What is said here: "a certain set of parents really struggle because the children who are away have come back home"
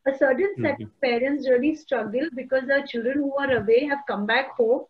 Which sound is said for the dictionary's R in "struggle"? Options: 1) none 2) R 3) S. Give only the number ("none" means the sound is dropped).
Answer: 2